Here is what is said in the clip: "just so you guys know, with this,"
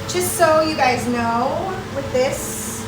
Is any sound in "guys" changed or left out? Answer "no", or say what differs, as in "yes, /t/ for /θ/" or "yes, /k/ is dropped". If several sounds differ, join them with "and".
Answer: no